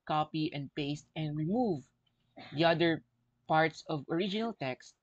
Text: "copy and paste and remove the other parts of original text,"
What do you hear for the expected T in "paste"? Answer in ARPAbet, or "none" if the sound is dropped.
T